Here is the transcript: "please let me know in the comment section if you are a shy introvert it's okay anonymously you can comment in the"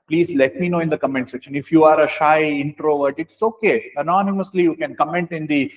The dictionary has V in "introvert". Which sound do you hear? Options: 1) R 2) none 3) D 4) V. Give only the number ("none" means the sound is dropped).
4